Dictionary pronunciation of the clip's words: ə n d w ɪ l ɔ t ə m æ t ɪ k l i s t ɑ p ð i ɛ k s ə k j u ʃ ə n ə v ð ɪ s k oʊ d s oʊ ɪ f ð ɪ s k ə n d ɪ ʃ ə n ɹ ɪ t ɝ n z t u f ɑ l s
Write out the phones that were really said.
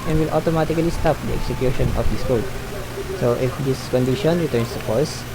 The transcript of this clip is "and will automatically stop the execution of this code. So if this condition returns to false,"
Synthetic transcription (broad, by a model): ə n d w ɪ l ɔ t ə m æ t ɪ k l i s t ɑ p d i ɛ k s ə k j u ʃ ə n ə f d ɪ s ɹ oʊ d s oʊ ɪ f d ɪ s k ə n d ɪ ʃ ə n ɹ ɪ t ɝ n s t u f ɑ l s